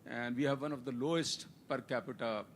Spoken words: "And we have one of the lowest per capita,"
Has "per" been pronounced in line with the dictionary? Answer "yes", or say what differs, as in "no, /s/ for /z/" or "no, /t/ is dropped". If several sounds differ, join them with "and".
yes